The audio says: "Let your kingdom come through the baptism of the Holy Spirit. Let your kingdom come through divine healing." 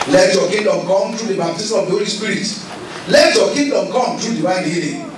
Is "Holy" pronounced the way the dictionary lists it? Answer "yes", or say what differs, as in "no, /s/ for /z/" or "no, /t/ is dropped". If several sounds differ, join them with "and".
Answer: yes